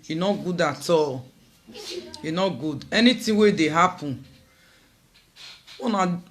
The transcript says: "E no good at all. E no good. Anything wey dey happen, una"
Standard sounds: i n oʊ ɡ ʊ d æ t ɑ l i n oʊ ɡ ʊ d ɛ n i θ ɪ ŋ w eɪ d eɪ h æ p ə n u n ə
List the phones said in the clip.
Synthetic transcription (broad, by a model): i n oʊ ɡ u d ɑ t ɑ l i n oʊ ɡ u d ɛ n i t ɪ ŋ w eɪ d eɪ h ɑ p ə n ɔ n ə